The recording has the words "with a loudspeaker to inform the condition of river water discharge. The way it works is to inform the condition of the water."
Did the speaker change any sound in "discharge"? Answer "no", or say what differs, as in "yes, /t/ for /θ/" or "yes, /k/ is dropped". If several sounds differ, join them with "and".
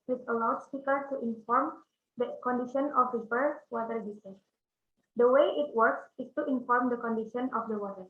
yes, /tʃ/ is dropped